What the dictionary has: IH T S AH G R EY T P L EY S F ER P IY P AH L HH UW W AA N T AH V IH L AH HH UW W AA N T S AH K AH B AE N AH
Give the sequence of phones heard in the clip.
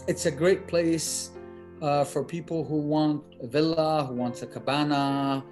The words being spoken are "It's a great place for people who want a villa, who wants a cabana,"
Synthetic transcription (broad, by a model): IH T S AH G R EY T P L EY S F ER P IY P L HH UW W AA N T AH V IH L AH HH UW W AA N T AH K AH B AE N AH